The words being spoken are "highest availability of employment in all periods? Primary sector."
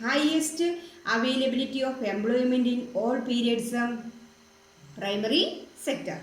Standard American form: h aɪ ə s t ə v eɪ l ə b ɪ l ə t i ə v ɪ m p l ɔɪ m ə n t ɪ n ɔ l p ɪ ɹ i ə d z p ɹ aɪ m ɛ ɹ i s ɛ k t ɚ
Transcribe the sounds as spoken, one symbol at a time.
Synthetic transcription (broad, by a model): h aɪ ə s t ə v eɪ l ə b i l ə t i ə f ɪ m b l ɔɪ m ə n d ɪ n ɔ l p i ɹ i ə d s p ɹ aɪ m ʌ ɹ i s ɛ k t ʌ